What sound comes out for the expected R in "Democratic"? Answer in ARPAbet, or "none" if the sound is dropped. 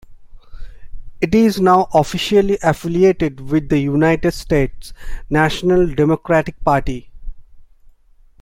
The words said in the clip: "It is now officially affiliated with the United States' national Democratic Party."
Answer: R